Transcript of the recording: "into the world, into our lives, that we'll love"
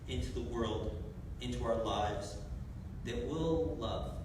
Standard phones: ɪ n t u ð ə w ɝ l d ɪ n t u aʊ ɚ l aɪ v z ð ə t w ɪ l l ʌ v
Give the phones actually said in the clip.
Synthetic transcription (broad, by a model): ɪ n t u ð ə w ɝ l d ɪ n t u aʊ ɚ l aɪ v z ð ə t w ɪ l l ʌ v